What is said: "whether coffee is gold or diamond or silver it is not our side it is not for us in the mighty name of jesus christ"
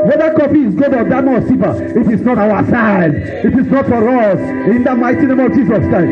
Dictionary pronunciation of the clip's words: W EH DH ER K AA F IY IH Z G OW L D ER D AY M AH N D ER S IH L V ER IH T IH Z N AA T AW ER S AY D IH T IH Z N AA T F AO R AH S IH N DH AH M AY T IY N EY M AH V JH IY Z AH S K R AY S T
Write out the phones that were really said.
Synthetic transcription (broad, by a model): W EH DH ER K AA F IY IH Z G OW D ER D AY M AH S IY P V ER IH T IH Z N AA T AW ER S AY D IH T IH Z N AA T F AO R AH S IH N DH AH M AY T IY N EY M AH V JH IY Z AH S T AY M